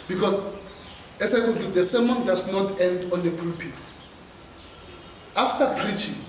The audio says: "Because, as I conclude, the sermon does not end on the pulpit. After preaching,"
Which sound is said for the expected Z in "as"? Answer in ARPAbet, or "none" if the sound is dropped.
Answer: S